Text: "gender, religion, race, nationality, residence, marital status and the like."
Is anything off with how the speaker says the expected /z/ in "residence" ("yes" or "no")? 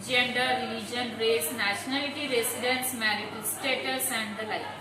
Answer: yes